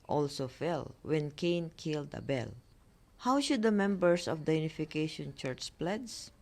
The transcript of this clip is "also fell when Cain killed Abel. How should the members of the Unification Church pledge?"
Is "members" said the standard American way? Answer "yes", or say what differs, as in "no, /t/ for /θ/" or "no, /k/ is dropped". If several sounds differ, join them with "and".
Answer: no, /s/ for /z/